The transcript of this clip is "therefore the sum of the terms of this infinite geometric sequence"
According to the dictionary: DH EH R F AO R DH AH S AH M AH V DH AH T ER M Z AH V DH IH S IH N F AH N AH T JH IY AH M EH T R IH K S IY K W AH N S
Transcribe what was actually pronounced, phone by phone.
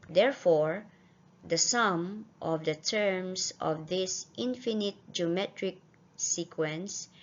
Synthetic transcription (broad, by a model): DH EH R F AO R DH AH S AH M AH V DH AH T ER M S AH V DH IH S IH N F AH N AH T JH IY AH M EH T R IH K S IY K W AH N S